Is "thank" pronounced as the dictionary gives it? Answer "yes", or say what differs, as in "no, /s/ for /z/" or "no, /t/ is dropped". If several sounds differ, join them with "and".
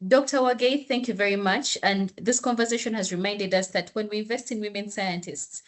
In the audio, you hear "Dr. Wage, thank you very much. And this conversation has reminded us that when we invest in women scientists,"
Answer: yes